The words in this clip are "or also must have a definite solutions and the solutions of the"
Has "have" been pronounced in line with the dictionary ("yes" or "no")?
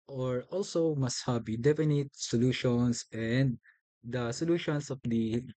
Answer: no